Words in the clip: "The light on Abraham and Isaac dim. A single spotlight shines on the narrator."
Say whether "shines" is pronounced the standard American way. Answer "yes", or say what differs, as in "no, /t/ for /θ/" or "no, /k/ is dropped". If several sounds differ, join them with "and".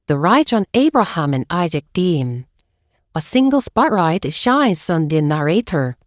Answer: no, /s/ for /z/